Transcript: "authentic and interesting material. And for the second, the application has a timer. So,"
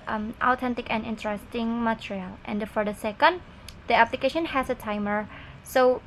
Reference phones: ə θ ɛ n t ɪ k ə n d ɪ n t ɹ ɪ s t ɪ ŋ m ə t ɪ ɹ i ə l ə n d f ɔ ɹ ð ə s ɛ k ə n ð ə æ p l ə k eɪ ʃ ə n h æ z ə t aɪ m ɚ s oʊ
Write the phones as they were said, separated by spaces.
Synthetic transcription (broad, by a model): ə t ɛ n t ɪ k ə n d ɪ n t ɹ ɪ s t ɪ ŋ m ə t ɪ ɹ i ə l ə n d f ɔ ɹ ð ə s ɛ k ə n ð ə æ p l ə k eɪ ʃ ə n h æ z ə t aɪ m ɚ s oʊ